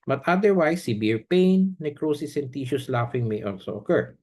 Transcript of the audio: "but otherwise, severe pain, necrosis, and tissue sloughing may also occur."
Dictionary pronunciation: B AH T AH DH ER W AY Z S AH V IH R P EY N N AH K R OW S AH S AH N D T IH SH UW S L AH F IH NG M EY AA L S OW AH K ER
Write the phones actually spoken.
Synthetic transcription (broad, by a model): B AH T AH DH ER W AY S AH B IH R P EY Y N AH K R OW S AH S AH N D T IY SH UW S L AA F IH NG M EY AA L S OW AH K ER